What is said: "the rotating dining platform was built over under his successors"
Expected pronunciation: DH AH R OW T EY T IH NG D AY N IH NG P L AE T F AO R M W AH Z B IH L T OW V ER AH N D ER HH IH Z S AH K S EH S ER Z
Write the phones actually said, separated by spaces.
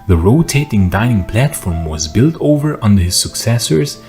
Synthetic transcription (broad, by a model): DH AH R OW T EY T IH NG D AY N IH NG P L AE T F AO R M W AH Z B IH L T OW V ER AH N D ER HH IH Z S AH K S EH S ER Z